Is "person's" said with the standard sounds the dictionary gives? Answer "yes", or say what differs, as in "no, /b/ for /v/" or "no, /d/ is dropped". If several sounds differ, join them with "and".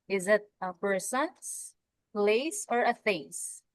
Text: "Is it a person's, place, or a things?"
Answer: no, /s/ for /z/